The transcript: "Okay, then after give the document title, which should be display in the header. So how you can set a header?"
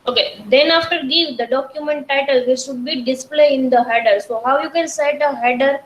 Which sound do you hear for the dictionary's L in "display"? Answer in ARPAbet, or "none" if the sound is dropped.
L